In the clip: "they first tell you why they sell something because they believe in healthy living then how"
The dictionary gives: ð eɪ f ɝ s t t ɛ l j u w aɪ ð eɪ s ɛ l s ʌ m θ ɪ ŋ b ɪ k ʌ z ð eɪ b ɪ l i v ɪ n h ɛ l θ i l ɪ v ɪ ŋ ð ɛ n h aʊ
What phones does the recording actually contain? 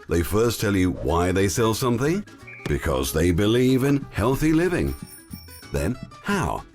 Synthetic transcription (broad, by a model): ð eɪ f ɝ s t t ɛ l j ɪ w aɪ ð eɪ s ɛ l s ʌ m θ ɪ ŋ b ɪ k ʌ z ð eɪ b ɪ l i v ɪ n h ɛ l θ i l ɪ v ɪ ŋ ð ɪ n h aʊ